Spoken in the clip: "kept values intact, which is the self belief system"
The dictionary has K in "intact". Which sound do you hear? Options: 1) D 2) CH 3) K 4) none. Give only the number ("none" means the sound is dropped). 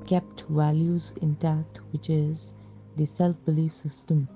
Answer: 4